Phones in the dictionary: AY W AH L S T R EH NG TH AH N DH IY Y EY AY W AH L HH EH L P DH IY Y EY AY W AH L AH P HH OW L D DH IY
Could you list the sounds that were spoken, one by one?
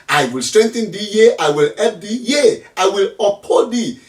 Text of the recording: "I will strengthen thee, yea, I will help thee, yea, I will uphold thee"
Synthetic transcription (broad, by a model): AY W AH L S T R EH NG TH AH N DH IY Y EY AY W AH L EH P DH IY Y EY AY W AH L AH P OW D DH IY